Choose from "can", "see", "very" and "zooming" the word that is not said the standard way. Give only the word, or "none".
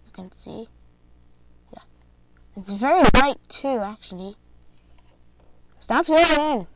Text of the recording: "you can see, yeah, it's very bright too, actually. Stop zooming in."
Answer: zooming